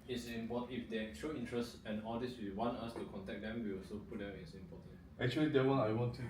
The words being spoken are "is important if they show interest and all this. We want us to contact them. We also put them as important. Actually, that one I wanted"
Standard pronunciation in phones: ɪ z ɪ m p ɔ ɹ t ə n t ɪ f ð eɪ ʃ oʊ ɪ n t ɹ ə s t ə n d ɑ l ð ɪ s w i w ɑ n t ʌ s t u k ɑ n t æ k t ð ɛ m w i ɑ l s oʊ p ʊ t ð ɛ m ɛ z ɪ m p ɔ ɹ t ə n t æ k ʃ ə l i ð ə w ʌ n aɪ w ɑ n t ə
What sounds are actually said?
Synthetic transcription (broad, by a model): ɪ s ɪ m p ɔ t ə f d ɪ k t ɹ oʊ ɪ n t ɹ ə s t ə n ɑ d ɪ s w i w ɑ n t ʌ s t u k ɑ n t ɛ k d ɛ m w i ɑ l s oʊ p ʊ t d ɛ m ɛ s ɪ m p ɔ t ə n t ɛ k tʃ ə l i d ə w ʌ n aɪ w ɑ n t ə